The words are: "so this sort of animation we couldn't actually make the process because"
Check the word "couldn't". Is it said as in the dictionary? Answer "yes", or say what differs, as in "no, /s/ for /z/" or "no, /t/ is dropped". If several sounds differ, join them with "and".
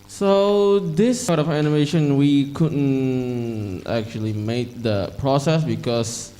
yes